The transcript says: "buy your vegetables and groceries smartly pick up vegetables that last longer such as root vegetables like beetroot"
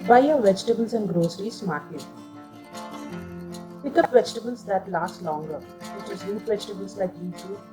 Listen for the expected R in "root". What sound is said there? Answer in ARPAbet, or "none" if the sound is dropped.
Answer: L